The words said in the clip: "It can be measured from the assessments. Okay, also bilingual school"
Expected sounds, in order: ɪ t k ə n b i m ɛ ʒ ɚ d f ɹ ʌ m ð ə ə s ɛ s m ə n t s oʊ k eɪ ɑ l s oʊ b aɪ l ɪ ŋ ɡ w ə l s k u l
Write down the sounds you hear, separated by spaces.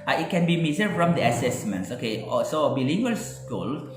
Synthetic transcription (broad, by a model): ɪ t k ə n b i m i z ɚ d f ɹ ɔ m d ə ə s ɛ s m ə n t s oʊ k eɪ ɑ s oʊ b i l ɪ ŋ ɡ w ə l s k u l